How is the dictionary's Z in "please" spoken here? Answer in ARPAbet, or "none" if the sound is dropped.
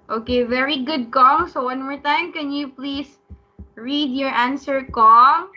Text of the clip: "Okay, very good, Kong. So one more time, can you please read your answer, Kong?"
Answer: S